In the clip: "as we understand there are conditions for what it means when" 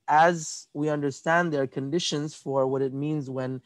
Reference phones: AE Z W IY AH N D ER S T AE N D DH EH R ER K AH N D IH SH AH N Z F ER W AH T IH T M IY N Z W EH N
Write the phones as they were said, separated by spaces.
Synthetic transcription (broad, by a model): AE Z W IY AH N D ER S T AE N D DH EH R K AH N D IH SH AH N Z F ER W AH T IH T M IY N Z W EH N